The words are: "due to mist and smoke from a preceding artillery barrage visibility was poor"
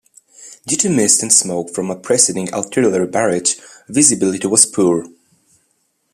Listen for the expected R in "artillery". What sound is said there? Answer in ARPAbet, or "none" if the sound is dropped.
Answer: L